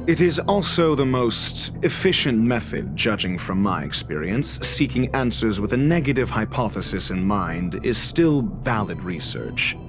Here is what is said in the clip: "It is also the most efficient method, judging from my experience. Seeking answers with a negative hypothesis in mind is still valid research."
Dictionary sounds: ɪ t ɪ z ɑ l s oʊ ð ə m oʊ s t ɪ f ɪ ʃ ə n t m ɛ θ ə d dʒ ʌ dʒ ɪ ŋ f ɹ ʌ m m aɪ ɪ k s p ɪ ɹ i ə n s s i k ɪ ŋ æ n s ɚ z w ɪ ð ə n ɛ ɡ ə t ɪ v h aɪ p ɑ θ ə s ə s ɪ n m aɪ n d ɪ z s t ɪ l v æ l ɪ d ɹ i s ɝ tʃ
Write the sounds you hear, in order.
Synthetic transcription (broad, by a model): ɪ t ɪ z ɑ l s oʊ ð ə m oʊ s t ɪ f ɪ ʃ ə n m ɛ θ ə d dʒ ʌ dʒ ɪ ŋ f ɹ ʌ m m aɪ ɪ k s p ɪ ɹ i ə n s s i k ɪ ŋ æ n s ɚ z w ɪ ð ə n ɛ ɡ ə t ɪ v h aɪ p ɑ θ ə s ə s ɪ n m aɪ n d ɪ z s t ɪ l v æ l ɪ d ɹ i s ɝ tʃ